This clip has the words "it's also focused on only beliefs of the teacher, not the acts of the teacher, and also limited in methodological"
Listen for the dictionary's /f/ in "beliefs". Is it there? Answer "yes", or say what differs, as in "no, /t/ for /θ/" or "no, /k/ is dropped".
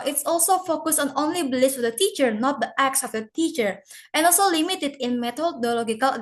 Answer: no, /f/ is dropped